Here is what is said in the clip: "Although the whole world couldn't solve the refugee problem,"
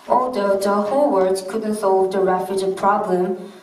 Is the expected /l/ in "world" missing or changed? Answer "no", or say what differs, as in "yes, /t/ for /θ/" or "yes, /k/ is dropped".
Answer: yes, /l/ is dropped